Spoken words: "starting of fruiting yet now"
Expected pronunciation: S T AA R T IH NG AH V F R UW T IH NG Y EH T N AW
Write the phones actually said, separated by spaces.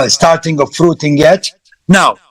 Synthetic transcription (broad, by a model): S T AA R T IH NG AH F R UW T IH NG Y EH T N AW